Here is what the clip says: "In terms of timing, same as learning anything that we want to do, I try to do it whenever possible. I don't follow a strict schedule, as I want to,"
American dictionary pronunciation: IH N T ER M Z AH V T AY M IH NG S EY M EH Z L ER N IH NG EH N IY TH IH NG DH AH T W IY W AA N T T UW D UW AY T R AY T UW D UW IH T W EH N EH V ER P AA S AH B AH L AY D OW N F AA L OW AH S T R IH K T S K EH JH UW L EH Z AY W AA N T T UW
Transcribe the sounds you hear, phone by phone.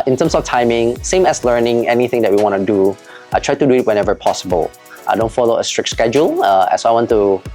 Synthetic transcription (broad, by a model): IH N T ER M S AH F T AY M IH NG S EY M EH S L ER N IH NG EH N IY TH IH NG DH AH T W IY W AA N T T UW D UW AY T R AY T UW D UW IH T W EH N EH V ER P AA S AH B AH L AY D OW N F AA L OW AH S T R IH K T S K EH JH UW L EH S AY W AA N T T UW